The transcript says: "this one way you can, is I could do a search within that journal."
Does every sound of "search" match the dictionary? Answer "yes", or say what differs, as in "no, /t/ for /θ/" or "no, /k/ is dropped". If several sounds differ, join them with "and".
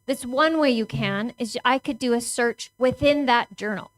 yes